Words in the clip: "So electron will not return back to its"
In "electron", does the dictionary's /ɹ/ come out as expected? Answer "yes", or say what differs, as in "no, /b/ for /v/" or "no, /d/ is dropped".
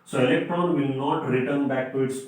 yes